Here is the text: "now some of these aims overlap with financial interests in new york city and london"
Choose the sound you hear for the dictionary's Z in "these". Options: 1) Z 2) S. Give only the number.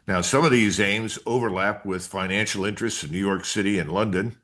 1